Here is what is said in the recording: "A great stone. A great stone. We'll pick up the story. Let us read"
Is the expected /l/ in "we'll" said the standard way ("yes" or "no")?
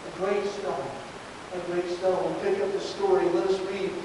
no